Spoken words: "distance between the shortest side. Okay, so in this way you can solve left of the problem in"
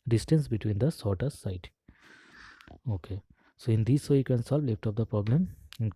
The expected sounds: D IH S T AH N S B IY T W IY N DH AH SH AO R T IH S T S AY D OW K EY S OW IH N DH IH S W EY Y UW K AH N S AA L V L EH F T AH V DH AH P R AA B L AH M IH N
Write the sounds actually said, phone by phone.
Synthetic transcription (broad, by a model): D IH S T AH N S B IY T W IY N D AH S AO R T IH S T S AY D OW K EY S OW IH N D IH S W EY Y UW K AH N S AA L V L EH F T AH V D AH P R AA B L AH M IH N